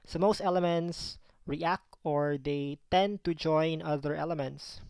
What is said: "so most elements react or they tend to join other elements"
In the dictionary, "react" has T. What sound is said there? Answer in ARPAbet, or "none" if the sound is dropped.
T